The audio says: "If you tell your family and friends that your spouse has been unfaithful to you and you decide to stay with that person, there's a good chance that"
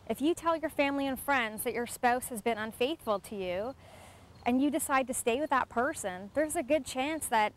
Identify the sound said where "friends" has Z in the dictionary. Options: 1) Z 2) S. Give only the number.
1